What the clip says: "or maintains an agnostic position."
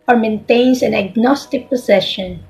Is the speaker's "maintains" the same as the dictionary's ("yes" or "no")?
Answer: no